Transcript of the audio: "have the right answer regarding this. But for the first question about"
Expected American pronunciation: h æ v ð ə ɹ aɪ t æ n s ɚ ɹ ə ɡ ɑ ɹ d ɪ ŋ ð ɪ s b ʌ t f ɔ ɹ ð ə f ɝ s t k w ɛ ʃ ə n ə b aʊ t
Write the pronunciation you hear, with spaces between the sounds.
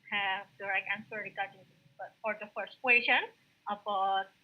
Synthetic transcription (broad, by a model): h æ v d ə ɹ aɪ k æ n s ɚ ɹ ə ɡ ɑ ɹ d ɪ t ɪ b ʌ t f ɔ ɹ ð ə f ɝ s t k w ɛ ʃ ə n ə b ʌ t